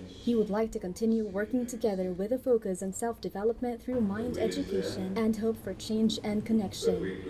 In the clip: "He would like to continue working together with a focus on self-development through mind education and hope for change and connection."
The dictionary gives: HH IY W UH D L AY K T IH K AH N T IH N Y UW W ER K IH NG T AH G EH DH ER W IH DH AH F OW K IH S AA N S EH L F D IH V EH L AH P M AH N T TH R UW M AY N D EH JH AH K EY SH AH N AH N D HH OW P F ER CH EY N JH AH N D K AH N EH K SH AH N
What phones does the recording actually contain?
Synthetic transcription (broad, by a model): HH IY W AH D L AY K T IH K AH N T IH N Y UW W ER K IH NG T AH G EH DH ER W IH DH AH F OW K IH S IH N S EH L F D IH V EH L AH P M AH N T TH R UW M AY N D EH JH AH K EY SH AH N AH N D HH OW P F ER CH EY N JH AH N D K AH N EH K SH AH N